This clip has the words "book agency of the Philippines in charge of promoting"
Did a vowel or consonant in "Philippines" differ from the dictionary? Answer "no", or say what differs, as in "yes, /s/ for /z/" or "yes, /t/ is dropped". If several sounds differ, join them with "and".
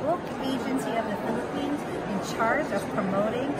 no